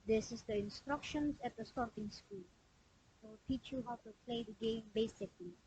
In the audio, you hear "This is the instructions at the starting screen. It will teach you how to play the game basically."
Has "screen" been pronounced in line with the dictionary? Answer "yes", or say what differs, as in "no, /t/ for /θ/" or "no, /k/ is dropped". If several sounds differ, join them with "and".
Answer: no, /ɹ/ is dropped and /l/ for /n/